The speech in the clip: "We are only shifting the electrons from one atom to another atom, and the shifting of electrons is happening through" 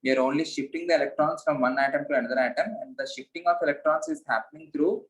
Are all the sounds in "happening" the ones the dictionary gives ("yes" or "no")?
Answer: yes